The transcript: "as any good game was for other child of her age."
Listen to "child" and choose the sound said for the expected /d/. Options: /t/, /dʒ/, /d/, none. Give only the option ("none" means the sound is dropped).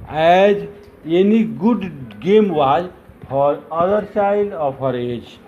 none